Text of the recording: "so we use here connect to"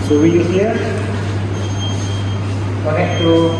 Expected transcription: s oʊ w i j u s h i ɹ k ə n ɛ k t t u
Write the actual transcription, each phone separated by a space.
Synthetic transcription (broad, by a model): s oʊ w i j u h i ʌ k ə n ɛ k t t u